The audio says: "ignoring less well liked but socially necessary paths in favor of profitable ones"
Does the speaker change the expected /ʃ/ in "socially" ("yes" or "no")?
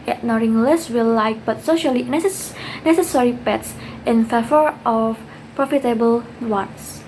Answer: no